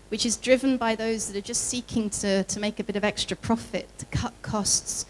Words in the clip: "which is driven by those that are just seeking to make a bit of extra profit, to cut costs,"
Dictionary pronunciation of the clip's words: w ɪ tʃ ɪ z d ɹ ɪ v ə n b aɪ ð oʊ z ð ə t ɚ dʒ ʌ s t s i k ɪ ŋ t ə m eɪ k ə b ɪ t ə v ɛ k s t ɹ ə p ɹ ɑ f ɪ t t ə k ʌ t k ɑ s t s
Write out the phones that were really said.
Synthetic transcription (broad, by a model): w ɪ tʃ ɪ z d ɹ ɪ v ə n b aɪ ð oʊ z ð ə t ɚ dʒ ʌ s t s i k ɪ ŋ t ə m eɪ k ə b ɪ t ə v ɛ k s t ɹ ə p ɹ ɑ f ɪ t t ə k ʌ t k ɑ s t s